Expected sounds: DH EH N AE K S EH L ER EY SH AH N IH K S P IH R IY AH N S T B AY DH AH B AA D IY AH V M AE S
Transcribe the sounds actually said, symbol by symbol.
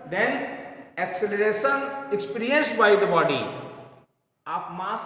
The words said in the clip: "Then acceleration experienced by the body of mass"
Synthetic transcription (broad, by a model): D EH N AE K S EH L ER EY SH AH N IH K S P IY R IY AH N S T B AY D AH B AA D IY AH P M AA S